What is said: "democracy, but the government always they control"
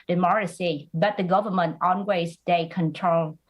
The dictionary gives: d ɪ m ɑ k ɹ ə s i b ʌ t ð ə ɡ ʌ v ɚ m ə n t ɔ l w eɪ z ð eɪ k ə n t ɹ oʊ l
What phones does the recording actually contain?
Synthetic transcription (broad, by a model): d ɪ m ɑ k ɹ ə s i b ʌ t ð ə ɡ ʌ v ɚ m ə n t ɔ n w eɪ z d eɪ k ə n t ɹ oʊ l